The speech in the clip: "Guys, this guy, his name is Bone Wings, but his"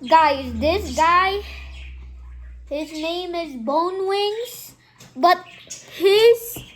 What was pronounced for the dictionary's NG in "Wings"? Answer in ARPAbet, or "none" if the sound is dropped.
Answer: NG